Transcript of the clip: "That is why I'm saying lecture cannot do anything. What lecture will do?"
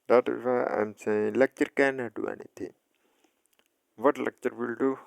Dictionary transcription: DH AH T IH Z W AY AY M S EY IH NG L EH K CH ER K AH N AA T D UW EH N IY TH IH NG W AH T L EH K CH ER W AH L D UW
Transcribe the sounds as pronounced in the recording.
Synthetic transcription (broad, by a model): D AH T IH Z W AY AY M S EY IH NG L EH K CH ER K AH N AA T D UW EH N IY T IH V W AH T L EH K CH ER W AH L D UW